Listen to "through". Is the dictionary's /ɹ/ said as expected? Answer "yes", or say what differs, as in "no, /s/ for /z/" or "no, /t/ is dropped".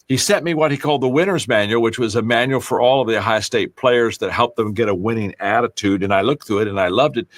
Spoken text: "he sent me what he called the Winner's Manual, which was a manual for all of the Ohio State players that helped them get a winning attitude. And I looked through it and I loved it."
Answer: no, /ɹ/ is dropped